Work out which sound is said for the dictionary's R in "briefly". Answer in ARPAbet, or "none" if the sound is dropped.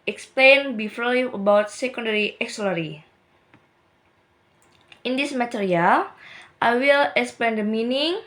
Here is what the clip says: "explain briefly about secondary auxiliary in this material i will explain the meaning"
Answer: none